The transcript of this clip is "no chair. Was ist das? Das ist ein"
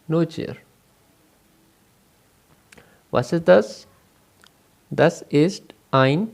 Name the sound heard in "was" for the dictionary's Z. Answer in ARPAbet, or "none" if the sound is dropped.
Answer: S